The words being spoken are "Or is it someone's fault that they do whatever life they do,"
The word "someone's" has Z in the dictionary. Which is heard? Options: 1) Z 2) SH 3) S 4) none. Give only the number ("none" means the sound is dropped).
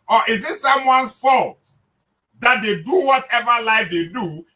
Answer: 4